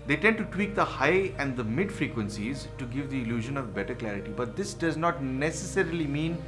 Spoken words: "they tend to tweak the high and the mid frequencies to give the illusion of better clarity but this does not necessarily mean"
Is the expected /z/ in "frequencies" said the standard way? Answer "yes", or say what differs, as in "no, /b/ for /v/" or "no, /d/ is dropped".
yes